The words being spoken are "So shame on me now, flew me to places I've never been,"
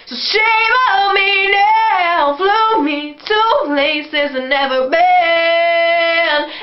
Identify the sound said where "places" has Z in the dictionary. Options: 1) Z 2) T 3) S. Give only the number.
1